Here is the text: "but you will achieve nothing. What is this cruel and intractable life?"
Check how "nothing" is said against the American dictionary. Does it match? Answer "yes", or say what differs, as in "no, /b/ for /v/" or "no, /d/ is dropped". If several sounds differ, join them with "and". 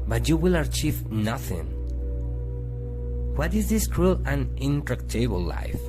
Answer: yes